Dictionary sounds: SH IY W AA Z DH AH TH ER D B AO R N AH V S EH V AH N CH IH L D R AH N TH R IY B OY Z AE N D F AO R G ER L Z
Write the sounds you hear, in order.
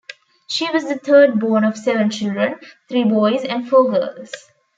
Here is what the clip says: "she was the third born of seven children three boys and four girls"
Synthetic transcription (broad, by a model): SH IY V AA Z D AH T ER D B AO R N AH V S EH V AH N CH IH L D R AH N T R IY B OY Z AE N D F AO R G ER L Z